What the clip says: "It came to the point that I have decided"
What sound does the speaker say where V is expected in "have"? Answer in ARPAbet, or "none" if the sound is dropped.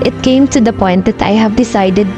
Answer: V